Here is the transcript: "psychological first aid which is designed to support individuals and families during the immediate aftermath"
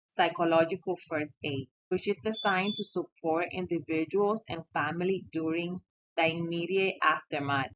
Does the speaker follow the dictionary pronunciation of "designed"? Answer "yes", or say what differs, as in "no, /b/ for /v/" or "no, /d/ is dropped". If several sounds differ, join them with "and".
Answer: no, /s/ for /z/